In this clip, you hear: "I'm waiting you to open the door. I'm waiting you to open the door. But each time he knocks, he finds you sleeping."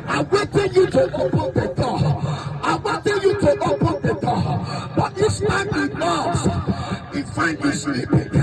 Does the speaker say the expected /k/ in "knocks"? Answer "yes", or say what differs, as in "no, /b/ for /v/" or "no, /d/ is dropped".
no, /k/ is dropped